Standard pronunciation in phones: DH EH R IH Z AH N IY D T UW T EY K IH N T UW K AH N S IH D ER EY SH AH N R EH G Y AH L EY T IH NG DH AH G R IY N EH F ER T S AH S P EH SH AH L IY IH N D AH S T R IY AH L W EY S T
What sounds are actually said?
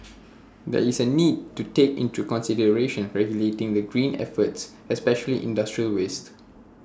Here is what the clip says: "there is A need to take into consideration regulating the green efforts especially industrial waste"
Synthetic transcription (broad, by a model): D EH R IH S AH N IY D T UW T EY K IH N T UW K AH N S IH D ER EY SH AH N R EH G Y AH L EY T IH NG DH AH G R IY N EH F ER T S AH S P EH SH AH L IY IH N D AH S T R IY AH L W EY S T